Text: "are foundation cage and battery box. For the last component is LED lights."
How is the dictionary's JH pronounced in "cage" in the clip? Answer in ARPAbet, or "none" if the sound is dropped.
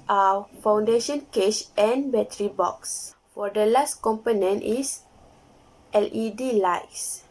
SH